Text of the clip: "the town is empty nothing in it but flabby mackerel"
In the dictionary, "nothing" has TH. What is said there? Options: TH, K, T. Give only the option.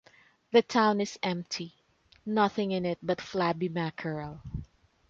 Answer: TH